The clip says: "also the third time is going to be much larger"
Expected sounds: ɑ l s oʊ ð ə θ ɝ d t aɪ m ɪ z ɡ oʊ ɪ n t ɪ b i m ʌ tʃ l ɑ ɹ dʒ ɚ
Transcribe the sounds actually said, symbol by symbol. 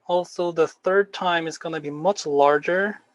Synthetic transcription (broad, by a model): ɑ l s oʊ ð ə θ ɝ d t aɪ m ɪ z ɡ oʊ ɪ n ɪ b i m ʌ tʃ l ɑ ɹ dʒ ɚ